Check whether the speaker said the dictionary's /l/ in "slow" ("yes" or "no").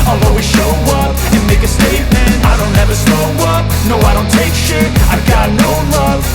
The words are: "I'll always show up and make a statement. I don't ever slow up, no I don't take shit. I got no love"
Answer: no